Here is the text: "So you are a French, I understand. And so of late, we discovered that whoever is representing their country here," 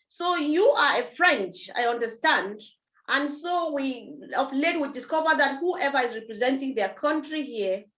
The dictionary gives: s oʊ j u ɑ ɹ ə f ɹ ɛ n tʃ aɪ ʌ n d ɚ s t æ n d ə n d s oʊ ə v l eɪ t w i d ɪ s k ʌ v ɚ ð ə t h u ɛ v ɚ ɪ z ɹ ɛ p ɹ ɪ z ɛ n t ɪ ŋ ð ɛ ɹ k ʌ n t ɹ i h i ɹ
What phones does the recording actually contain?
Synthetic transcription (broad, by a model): s oʊ j u ɑ ɹ ə f ɹ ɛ n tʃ aɪ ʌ n d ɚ s t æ n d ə n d s oʊ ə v l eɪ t w i d ɪ s k ʌ v ɚ ð ə t h u ɛ v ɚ ɪ z ɹ ɛ p ɹ ɪ z ɛ n t ɪ ŋ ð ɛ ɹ k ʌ n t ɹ i h i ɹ